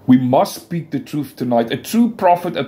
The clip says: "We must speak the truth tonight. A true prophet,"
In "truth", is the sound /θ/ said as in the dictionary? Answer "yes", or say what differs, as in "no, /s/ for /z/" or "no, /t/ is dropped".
yes